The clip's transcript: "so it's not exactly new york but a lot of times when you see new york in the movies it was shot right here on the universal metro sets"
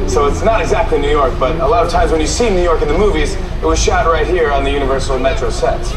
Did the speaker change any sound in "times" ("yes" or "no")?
no